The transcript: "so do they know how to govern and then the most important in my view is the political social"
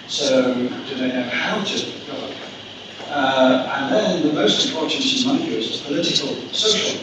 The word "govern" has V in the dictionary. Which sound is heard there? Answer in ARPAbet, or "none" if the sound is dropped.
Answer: P